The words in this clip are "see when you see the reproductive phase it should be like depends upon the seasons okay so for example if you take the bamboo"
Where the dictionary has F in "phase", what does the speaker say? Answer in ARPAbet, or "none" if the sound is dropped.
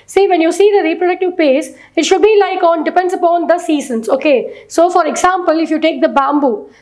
P